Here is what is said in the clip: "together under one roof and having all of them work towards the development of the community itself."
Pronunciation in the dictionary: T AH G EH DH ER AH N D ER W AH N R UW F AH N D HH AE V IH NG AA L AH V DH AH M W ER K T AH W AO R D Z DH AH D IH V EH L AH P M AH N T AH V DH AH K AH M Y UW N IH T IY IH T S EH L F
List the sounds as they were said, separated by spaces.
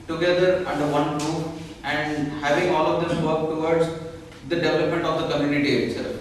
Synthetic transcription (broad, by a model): T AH G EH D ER AH N D ER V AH N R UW AH N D HH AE V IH NG AA L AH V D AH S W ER K T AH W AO R D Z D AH D IH V EH L AH P M AH N T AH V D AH K AH M Y UW N IH T IY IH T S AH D